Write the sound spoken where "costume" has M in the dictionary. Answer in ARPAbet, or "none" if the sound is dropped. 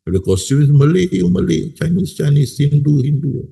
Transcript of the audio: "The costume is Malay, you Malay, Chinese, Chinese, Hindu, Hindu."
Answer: none